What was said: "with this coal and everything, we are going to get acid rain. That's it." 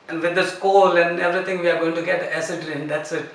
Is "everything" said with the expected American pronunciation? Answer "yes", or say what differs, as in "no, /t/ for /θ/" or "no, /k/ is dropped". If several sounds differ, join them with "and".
no, /t/ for /θ/